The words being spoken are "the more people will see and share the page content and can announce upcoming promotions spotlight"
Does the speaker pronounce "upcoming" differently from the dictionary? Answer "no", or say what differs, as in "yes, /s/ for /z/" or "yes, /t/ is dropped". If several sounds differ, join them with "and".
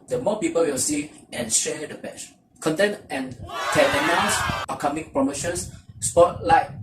yes, /p/ is dropped